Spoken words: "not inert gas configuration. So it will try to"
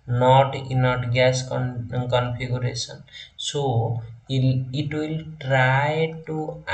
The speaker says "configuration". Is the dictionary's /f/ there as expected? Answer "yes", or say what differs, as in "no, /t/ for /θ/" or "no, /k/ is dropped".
no, /p/ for /f/